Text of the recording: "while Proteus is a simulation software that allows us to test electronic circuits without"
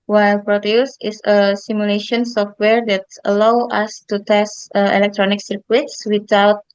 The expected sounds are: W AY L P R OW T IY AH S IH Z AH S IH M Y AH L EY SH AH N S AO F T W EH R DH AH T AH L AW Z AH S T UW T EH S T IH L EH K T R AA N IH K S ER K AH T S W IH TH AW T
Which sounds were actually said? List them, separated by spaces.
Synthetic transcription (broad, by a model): W AY L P R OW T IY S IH S AH S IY M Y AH L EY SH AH N S AO F T W EH R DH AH T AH L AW AA S T UW T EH S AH IH L EH K T R AA N IH K S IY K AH T S W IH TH AW T